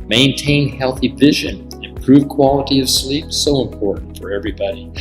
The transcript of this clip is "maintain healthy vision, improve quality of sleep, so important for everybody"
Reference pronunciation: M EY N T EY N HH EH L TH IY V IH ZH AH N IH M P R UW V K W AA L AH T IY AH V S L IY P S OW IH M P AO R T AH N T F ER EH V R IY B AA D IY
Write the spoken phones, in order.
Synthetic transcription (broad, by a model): M EY N T EY N HH EH L TH IY V IH ZH AH N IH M P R UW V K W AA L AH T IY AH V S L IY P S OW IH M P AO R T N T F ER EH V R IY B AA D IY